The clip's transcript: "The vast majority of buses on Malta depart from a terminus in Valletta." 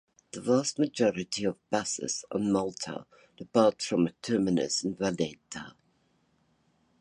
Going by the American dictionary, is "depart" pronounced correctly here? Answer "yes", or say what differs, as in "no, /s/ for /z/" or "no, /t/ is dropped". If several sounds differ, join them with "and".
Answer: no, /b/ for /p/